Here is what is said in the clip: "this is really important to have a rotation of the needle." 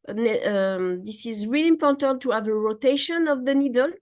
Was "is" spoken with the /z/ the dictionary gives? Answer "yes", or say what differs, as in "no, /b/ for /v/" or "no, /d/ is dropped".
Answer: yes